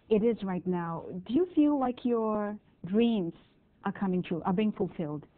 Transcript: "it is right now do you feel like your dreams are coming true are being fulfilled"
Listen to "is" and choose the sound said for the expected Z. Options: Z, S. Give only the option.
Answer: Z